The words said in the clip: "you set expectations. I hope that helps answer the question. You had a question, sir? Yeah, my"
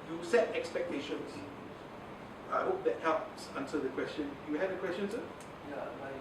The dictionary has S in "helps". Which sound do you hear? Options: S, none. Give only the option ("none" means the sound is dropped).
S